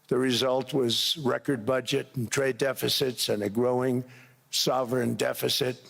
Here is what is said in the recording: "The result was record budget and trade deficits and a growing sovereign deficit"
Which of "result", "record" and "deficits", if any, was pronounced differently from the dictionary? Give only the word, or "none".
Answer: none